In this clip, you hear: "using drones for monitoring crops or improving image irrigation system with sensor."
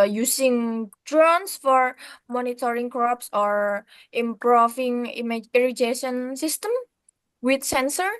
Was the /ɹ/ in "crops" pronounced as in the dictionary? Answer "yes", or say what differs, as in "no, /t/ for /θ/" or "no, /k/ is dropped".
yes